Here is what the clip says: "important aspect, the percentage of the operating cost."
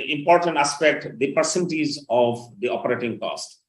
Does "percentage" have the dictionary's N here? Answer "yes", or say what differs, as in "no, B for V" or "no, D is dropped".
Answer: no, L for N